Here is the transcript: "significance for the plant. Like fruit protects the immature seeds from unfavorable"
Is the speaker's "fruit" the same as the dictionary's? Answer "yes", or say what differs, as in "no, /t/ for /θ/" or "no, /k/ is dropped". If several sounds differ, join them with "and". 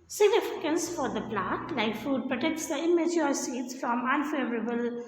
no, /ɹ/ is dropped